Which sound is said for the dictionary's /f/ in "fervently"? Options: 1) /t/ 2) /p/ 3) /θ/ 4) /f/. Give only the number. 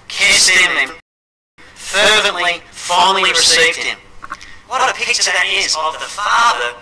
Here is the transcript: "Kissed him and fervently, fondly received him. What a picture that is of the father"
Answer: 4